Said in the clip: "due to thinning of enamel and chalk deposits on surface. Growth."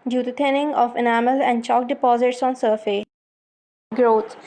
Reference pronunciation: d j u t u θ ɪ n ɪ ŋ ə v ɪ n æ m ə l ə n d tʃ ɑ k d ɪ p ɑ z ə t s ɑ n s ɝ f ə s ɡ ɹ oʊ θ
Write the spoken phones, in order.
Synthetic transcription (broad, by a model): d j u t u t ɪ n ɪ ŋ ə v ɪ n æ m ə l ə n d tʃ ɑ k d ɪ p ɑ z ə t s ɑ n s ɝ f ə ɡ ɹ oʊ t